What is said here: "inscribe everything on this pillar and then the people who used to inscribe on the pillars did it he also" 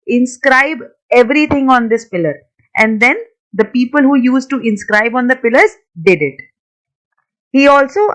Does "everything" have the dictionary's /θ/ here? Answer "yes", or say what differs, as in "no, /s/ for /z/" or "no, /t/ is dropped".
no, /t/ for /θ/